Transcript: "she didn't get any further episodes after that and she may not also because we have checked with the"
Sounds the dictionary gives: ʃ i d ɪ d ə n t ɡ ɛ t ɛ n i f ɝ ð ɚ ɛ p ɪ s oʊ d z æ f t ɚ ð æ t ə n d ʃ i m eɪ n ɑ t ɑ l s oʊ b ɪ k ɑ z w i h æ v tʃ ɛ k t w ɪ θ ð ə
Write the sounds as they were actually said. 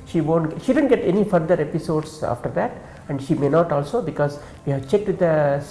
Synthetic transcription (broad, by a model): ʃ i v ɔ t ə n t ɡ ɛ t ɛ n i f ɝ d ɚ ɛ p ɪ s oʊ d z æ f t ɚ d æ t ə n d ʃ i m eɪ n ɑ t ɑ l s oʊ b ɪ k ɑ z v i h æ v tʃ ɛ k t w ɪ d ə